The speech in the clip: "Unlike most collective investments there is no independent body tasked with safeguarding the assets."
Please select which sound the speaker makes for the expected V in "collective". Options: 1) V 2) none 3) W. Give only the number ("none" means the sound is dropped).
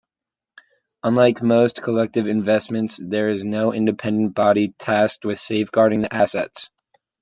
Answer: 1